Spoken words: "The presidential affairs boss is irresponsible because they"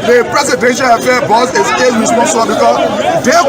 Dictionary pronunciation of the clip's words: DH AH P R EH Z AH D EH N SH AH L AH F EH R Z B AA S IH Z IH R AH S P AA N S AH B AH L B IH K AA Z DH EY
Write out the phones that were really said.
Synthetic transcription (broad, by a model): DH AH P R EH S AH D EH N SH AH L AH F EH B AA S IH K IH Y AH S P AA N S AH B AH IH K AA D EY